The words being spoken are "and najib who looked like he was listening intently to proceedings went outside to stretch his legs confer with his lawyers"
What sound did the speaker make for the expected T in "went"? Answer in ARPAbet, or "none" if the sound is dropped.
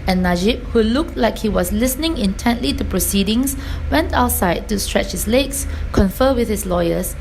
T